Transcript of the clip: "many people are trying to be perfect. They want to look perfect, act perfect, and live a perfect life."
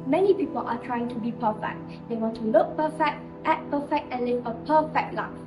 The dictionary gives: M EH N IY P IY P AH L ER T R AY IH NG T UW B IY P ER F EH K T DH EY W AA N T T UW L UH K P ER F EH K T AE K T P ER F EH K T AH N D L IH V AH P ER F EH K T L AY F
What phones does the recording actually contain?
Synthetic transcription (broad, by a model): M EH N IY P IY P AH L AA T R AY IH NG T UW B IY P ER F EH K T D EY W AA N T T UW L UH K P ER F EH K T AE T P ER F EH K T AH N L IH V AH P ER F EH K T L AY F